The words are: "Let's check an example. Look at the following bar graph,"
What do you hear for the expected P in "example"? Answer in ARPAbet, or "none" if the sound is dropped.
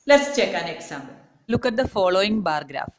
B